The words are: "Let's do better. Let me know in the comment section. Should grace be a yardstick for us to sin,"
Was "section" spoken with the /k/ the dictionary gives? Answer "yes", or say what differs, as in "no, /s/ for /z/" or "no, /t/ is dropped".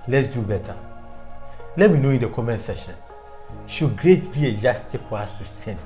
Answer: no, /k/ is dropped